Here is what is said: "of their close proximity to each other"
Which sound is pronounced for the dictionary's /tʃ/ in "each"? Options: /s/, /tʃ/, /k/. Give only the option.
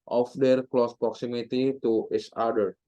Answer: /s/